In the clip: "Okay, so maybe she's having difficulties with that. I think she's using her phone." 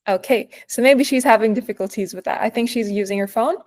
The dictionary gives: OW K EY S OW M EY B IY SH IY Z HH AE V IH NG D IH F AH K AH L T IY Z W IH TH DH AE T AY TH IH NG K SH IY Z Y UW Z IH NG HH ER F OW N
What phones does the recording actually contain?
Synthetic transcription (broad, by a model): OW K EY S OW M EY B IY SH IY Z HH AE V IH NG D IH F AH K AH L T IY Z W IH DH AE T AY TH IH NG K SH IY Z Y UW Z IH NG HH ER F OW N